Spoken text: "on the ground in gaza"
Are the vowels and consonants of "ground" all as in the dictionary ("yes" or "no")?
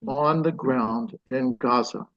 yes